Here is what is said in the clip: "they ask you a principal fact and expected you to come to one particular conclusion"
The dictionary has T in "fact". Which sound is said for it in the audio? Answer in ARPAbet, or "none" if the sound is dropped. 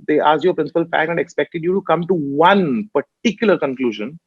none